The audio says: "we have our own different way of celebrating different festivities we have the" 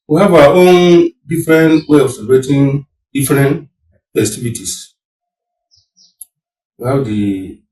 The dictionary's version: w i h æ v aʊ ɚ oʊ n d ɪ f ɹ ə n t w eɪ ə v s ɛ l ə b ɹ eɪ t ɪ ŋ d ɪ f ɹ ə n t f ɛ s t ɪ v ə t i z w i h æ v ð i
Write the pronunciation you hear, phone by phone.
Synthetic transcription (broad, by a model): w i h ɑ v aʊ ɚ oʊ n d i f ɹ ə n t w eɪ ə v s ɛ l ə ɹ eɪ t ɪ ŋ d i f ɹ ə n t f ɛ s t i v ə t i s w i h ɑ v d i